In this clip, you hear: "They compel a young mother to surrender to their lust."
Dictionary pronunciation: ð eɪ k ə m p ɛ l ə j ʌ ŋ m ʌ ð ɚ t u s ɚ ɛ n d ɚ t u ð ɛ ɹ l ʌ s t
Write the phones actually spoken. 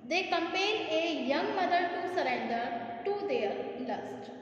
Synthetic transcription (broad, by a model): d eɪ k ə m p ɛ n ə j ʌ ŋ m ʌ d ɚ t u s ɚ ɛ n d ɚ t u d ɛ ɹ l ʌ s t